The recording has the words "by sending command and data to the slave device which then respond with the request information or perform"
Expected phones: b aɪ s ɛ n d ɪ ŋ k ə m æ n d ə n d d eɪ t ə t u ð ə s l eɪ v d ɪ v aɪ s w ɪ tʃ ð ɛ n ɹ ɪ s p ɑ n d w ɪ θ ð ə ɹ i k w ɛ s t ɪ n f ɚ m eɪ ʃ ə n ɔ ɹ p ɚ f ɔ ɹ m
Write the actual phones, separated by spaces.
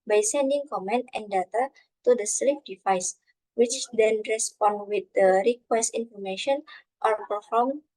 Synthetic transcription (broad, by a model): b aɪ s ɛ n d ɪ ŋ k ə m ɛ n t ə n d d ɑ t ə t u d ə s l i f d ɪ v aɪ s w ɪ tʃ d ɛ n ɹ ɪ s p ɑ n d w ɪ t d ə ɹ i k w ɛ s t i n f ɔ m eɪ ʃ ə n ɔ ɹ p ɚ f ɔ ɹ m